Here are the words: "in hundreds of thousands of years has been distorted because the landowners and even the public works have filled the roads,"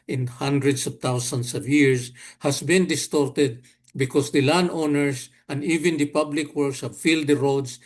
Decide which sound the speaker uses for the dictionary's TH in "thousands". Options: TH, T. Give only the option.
T